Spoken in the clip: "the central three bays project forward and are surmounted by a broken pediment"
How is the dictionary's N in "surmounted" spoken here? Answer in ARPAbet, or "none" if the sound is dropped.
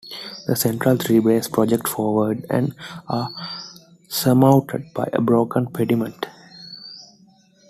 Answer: none